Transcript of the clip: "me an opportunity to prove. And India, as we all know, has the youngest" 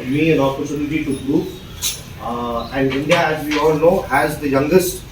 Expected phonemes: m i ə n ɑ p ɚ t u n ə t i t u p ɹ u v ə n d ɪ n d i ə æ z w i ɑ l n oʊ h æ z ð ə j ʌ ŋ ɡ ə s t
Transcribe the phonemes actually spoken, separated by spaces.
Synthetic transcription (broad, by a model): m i ə n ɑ p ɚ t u n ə t i t u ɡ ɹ u p ə n d ɪ n d i ə æ z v i ɑ l n oʊ h æ z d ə j ʌ ŋ ɡ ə s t